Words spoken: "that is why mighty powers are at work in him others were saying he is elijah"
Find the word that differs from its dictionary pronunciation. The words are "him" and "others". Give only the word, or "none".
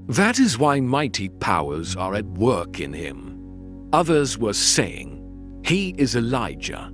none